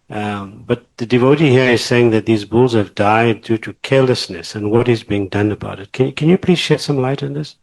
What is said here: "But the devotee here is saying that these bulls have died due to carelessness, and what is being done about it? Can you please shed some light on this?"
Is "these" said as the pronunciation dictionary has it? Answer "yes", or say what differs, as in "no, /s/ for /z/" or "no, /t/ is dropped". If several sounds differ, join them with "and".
yes